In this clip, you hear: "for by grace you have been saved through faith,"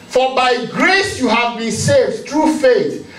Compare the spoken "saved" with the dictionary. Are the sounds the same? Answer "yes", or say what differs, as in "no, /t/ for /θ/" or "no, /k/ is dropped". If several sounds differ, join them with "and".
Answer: yes